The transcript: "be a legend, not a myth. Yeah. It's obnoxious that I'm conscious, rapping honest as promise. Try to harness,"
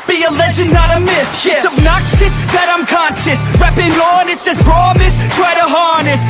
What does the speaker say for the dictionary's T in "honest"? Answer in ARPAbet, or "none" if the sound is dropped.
none